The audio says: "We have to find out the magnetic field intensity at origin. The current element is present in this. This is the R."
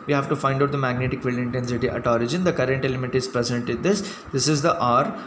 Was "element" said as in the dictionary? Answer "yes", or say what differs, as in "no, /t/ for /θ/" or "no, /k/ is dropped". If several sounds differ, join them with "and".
no, /n/ is dropped